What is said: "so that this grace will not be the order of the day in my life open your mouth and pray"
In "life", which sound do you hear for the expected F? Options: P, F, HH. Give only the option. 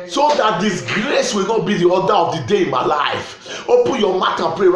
F